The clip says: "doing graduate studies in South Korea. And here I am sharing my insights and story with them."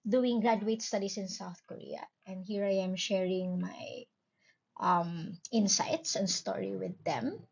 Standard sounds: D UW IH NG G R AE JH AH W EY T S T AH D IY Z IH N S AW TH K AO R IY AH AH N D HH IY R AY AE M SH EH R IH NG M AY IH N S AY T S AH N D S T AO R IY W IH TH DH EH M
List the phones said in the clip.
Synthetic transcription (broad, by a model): D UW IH NG G R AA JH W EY T S T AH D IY S IH N S AW TH K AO R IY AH AH N D HH IY R AY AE M SH EH R IH NG M AY IH N S AY T S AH N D S T AO R IY W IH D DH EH M